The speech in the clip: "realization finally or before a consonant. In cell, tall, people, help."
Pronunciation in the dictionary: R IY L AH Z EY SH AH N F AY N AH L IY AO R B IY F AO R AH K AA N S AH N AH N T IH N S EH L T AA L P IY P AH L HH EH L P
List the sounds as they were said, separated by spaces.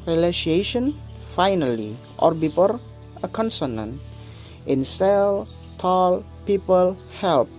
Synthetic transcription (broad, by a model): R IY L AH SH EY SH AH N F AY N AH L IY AO R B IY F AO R AH K AA N S AH N AH N T IH N S EH L T AA L P IY P AH L HH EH L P